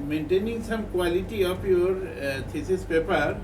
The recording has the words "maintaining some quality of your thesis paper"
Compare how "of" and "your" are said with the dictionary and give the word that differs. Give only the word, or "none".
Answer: of